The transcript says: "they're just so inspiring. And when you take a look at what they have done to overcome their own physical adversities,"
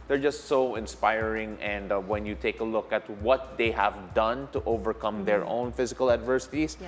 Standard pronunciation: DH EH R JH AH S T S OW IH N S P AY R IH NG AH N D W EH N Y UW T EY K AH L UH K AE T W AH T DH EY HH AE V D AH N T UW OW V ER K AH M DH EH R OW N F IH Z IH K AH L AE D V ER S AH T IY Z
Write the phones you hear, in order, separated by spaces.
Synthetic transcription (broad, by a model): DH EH R JH AH S T S OW IH N S P AY R IH NG AH N D W EH N Y UW T EY K AH L UH K AE T W AH T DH EY HH AE V D AH N T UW OW V ER K AH M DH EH R OW N F IH Z IH K AH L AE D V ER S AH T IY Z